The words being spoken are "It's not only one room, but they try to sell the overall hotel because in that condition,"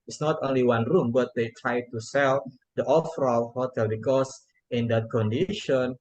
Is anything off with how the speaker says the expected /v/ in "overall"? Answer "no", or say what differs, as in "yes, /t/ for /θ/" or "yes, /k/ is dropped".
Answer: yes, /f/ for /v/